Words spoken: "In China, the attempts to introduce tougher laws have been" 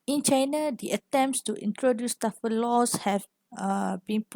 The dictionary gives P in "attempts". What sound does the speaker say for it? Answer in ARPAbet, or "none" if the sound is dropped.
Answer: P